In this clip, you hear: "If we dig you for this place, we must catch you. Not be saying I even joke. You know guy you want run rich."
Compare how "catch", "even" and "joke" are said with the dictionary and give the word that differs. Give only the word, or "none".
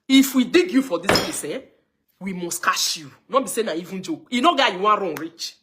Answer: catch